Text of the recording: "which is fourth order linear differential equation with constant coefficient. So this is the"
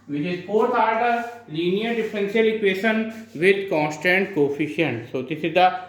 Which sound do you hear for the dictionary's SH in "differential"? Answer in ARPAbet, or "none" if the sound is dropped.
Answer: S